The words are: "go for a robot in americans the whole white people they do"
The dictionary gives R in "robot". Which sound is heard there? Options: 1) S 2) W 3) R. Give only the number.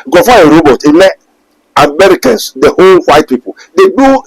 3